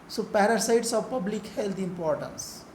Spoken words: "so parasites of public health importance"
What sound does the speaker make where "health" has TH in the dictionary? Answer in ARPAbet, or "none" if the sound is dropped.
T